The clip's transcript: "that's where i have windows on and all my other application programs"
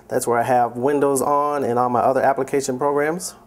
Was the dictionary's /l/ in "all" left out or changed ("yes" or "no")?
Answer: yes